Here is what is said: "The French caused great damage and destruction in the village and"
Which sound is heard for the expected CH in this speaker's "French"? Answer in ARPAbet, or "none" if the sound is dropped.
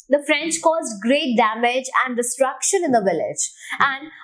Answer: CH